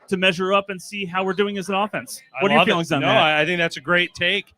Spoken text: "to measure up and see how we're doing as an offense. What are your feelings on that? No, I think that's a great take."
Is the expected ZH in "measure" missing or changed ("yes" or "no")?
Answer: no